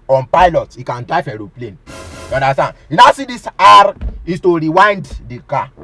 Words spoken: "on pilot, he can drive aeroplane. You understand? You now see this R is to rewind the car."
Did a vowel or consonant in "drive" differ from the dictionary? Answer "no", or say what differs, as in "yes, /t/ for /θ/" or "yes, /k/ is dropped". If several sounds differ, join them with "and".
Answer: yes, /f/ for /v/